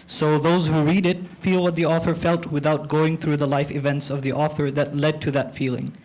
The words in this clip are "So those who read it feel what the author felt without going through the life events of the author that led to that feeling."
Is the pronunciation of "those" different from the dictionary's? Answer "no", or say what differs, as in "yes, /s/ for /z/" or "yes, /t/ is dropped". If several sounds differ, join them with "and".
no